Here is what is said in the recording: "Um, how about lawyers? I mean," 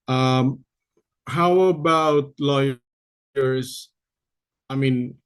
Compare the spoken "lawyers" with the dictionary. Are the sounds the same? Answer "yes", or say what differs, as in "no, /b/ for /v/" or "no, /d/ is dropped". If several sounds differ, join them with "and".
no, /s/ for /z/